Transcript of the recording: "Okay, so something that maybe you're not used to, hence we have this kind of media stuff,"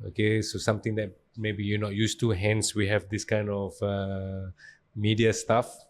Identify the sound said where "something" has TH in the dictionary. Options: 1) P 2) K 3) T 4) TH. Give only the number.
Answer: 3